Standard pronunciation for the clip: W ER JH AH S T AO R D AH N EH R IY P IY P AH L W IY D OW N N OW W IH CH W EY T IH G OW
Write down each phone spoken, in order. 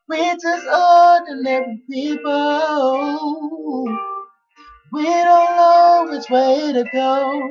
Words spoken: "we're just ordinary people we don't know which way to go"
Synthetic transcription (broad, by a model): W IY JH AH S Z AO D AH L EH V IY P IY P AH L W IY D OW N N OW W IH CH W EY T IH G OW